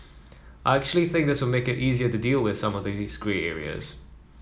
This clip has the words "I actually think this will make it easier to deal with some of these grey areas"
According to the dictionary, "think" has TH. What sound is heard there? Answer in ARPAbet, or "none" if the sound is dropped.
TH